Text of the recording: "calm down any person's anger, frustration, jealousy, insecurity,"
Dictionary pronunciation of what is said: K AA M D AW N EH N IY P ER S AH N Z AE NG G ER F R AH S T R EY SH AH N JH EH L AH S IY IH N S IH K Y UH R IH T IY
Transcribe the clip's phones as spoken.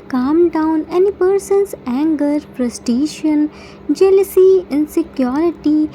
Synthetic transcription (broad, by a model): K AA M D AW N EH N IY P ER S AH N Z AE NG G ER P R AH S T EY SH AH N JH EH L AH S IY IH N S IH K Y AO R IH T IY